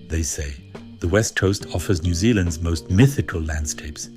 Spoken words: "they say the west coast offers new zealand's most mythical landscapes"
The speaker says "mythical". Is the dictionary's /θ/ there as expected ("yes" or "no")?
yes